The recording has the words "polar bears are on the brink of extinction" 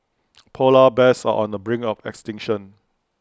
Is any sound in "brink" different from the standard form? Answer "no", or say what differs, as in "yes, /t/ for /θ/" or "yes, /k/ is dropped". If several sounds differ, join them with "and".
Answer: yes, /k/ is dropped